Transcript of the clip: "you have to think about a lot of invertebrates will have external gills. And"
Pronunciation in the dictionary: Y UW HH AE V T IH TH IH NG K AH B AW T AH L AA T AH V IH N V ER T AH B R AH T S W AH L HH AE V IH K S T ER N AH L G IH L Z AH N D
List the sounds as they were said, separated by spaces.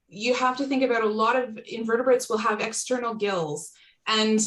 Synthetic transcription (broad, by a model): Y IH HH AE F T IH TH IH NG K AH B AW T AH L AA T AH V IH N V ER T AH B R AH T S W AH L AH V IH K S T ER N L G IH L Z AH N